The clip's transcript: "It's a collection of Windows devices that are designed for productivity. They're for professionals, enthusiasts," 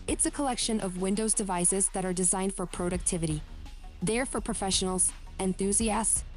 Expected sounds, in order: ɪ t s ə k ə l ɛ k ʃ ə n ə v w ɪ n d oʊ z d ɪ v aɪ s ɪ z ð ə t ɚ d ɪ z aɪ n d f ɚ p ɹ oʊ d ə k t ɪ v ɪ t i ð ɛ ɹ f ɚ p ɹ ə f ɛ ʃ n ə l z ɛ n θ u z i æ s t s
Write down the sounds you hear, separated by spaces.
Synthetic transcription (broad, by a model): ɪ t s ə k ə l ɛ k ʃ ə n ə v w ɪ n d oʊ z d ɪ v aɪ s ɪ z ð ə t ɚ d ɪ z aɪ n d f ɚ p ɹ oʊ d ə k t ɪ v ɪ t i ð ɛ ɹ f ɚ p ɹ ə f ɛ ʃ n l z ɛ n θ u z i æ s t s